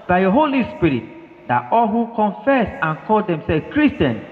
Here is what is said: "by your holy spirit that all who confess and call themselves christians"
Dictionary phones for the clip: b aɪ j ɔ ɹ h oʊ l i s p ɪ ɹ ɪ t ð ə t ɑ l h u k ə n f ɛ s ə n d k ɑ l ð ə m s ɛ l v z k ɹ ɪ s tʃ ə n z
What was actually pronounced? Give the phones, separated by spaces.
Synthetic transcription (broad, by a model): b aɪ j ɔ h oʊ l i s p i ɹ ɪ t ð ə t ɑ l h u k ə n f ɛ s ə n k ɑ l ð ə m s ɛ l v k ɹ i s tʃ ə n